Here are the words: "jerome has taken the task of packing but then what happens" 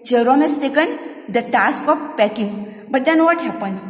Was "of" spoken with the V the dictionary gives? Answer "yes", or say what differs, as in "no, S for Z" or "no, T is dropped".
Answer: no, P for V